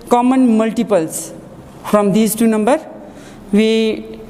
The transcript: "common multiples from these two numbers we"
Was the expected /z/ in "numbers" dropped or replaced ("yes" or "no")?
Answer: yes